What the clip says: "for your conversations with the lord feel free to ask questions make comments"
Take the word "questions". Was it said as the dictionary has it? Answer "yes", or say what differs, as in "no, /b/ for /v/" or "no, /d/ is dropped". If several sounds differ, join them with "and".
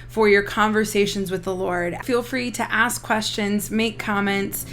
yes